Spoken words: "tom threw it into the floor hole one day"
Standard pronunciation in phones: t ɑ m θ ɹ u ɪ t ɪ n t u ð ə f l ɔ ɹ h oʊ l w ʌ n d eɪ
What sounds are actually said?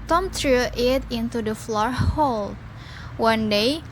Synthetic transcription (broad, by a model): t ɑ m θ ɹ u ɪ t ɪ n t u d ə f l ɔ ɹ h oʊ l w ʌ n d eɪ